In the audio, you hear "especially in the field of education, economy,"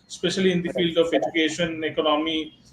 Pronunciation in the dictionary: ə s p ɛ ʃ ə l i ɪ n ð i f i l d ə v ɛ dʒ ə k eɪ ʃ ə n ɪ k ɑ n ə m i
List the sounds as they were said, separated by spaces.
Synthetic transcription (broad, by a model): s p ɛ ʃ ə l i ɪ n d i f i l d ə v ɛ dʒ ə k eɪ ʃ ə n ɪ k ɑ n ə m i